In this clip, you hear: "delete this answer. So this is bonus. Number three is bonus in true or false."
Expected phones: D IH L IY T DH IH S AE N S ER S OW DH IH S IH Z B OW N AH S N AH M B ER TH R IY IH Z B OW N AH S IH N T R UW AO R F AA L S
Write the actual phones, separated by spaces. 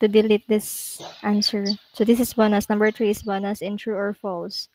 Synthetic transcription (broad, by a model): D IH L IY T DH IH S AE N S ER S OW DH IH S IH S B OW N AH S N AH M B ER T R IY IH S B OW N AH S IH N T R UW AO R F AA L S